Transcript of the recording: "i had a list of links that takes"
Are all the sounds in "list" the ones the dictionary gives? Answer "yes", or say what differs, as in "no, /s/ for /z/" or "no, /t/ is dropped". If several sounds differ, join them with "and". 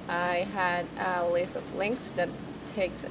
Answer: no, /t/ is dropped